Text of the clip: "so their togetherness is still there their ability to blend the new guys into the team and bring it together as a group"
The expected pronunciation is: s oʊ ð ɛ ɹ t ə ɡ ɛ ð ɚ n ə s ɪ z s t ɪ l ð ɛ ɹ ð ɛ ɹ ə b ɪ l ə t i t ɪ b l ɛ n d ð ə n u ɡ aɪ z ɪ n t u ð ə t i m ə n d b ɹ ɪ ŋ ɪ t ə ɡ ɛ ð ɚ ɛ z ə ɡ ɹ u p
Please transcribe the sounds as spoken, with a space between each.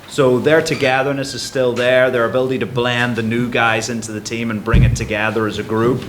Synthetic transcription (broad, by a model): s oʊ ð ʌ ɹ t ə ɡ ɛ ð ɚ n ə s ɪ z s t ɪ l ð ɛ ɹ ð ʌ ɹ ə b ɪ l ə t i t ɪ b l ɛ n ð ə n u ɡ aɪ z ɪ n t u ð ə t i m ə n b ɹ ɪ ŋ ɪ t ə ɡ ɛ ð ɚ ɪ z ə ɡ ɹ u p